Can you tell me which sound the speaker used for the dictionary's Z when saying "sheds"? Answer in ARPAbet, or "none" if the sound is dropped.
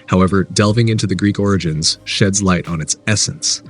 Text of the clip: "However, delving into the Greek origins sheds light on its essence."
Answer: Z